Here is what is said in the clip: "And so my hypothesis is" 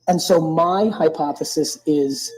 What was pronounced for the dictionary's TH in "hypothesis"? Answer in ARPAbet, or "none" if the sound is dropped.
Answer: TH